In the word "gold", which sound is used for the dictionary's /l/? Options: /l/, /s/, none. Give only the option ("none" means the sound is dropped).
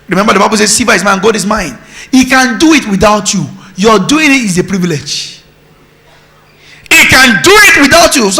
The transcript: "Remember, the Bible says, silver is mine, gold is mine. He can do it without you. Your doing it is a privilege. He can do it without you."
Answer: none